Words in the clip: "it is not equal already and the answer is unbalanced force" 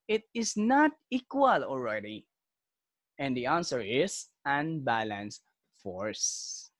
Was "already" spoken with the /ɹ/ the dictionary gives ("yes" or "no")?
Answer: no